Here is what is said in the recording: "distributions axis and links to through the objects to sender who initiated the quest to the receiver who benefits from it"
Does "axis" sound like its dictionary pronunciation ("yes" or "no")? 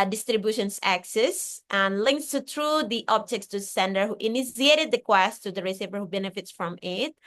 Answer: yes